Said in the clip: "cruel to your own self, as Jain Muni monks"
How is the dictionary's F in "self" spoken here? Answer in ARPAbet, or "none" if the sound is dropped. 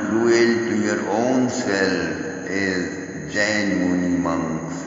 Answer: none